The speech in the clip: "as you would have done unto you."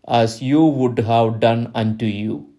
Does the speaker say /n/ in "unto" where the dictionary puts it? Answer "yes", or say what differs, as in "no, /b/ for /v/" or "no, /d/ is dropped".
yes